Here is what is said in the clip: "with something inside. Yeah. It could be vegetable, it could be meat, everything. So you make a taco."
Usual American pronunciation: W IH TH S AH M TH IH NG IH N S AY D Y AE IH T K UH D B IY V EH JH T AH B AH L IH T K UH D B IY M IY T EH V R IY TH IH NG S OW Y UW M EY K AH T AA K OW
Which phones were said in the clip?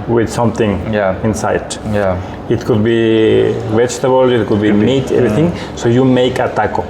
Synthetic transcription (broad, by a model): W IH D S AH M T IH NG IH N S AY D Y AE IH T K UH D B IY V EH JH T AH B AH L IH T K UH D B IY M IY T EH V R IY T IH NG S OW Y UW M EY K AH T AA K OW